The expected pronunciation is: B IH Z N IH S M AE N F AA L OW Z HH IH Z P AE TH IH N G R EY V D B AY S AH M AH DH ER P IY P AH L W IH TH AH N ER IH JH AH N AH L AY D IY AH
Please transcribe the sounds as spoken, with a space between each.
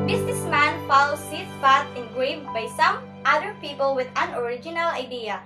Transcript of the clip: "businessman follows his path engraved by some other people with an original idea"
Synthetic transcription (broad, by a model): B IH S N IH S M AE N F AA L OW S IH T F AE T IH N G R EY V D B AY S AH M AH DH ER P IY P AH L W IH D AH N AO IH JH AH N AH L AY D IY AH